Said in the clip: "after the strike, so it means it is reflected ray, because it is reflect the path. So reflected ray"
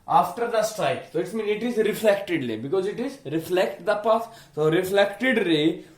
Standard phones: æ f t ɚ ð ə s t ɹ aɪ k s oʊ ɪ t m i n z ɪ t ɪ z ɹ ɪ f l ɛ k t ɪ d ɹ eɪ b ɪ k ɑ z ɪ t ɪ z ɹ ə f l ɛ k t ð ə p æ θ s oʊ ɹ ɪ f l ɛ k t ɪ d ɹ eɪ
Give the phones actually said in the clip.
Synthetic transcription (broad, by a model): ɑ f t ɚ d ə s t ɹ aɪ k s oʊ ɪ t m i n ɪ t ɪ z ɹ ɪ f l ɛ k t ɪ d l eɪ b ɪ k ɑ z ɪ t ɪ z ɹ ə f l ɛ k t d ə p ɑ s s oʊ ɹ ɪ f l ɛ k t ɪ d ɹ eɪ